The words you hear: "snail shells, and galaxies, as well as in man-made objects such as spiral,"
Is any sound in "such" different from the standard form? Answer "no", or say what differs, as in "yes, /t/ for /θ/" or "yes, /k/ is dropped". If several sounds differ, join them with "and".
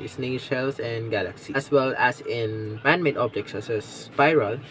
yes, /s/ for /tʃ/